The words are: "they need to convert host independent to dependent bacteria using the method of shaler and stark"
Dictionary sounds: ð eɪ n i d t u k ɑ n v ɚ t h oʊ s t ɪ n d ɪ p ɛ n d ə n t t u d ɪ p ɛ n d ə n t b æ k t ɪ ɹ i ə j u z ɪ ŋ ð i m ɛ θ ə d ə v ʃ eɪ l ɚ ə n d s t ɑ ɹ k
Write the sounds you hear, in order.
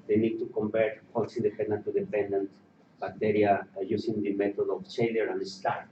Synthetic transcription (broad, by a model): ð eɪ n i d t u k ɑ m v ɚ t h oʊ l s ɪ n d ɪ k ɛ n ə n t t u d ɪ p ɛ n d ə n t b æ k t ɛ ɹ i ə j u s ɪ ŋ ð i m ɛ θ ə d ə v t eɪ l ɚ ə n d s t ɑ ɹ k